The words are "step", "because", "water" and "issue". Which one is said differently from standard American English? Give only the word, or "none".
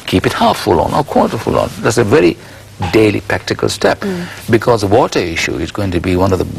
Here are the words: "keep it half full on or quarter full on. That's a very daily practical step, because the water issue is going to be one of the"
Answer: none